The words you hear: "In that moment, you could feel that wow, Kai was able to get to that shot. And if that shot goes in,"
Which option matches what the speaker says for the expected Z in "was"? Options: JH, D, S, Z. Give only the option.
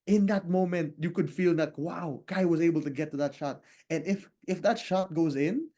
Z